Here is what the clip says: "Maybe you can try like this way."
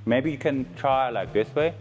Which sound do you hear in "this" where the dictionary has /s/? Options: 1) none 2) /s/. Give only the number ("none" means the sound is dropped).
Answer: 2